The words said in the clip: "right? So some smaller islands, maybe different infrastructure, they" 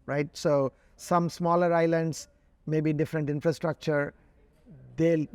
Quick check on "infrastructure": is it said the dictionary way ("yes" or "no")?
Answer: yes